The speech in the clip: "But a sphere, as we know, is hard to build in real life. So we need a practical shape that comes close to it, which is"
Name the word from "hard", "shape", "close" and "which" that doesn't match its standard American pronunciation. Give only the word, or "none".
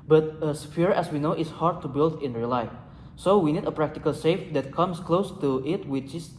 shape